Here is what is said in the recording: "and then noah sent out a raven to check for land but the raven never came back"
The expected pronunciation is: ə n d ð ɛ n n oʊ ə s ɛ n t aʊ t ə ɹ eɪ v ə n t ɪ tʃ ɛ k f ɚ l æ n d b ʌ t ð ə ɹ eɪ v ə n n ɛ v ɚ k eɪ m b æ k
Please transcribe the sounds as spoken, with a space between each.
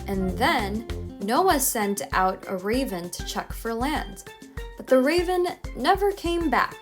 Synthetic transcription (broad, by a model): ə n ð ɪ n n oʊ ə s ɛ n t aʊ t ə ɹ eɪ v ə n t ɪ tʃ ɛ k f ɚ l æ n d b ʌ t ð ə ɹ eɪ v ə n n ɛ v ɚ k eɪ m b æ k